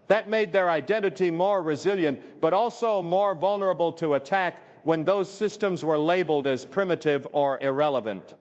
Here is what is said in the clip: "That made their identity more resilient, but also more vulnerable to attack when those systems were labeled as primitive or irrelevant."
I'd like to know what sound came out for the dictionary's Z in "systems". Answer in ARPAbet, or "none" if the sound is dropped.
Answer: Z